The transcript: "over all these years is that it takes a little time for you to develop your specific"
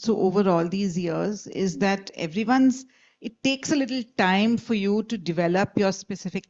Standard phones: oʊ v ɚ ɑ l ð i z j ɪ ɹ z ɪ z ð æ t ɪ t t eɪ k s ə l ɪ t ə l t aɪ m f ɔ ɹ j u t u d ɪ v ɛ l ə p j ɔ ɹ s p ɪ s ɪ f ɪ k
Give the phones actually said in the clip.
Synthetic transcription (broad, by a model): oʊ v ɚ ɑ l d i z j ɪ ɹ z ɪ z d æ t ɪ t t eɪ k s ə l ɪ t ə l t aɪ m f ɔ ɹ j u t u d ɪ v ɛ l ə p j ɔ ɹ s p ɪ s ɪ f ɪ k